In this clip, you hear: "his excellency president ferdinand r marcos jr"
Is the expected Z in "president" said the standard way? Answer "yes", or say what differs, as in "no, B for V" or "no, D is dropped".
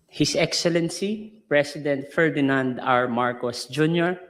no, S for Z